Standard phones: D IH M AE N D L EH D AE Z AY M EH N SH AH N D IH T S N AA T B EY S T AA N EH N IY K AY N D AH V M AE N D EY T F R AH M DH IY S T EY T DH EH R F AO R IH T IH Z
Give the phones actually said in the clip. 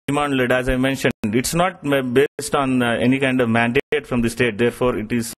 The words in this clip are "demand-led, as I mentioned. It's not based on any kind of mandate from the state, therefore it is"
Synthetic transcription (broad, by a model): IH M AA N L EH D AE Z AY M EH N SH AH N D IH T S N AA T B EY S T AA N EH N IY K AY N D AH V M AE N D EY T F R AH M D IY S T EY T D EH R F AO R IH T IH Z